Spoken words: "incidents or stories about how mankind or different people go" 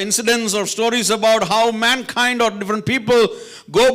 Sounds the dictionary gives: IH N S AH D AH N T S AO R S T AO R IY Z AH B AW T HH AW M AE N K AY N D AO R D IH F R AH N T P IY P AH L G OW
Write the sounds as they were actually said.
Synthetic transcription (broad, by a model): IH N S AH D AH N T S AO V S T AO R IY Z AH B AW T HH AW M AE N K AY N D AO R D IH F R AH N T P IY P AH L G OW